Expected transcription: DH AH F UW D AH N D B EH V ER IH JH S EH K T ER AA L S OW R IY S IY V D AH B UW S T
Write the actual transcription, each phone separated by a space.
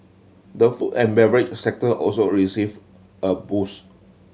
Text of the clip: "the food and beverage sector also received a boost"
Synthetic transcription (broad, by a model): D AH F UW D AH N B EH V ER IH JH S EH K T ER AA L S OW R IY S IY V AH B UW S